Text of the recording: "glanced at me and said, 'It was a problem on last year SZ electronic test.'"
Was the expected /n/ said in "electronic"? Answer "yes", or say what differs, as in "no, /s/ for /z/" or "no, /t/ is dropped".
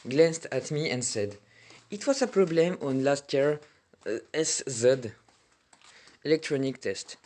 yes